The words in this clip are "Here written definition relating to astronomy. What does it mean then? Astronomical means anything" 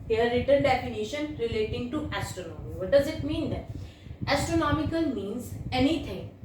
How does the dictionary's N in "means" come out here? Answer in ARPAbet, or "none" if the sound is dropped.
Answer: N